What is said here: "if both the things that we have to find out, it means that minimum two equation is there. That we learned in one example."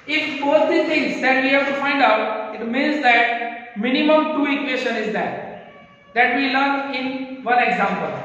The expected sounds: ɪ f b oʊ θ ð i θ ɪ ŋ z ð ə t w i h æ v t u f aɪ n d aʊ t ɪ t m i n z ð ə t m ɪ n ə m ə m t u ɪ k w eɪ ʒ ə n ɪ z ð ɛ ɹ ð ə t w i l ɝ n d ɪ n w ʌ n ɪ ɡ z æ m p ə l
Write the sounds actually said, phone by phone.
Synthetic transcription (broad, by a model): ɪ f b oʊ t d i t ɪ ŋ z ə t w i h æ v t u f aɪ n d aʊ t ɪ t m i n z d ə t m ɪ n ə m ə m t u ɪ k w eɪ ʃ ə n ɪ z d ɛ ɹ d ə t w i l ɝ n ɪ n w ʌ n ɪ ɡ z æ m p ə l